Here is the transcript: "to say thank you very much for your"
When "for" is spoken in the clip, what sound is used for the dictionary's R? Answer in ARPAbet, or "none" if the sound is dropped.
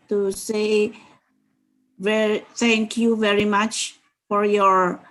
R